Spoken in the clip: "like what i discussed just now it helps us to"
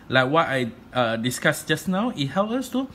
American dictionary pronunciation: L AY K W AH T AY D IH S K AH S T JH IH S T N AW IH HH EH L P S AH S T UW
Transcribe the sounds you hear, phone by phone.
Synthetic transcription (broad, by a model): L AY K W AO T AY D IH S K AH S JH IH S N AW IH HH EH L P AH S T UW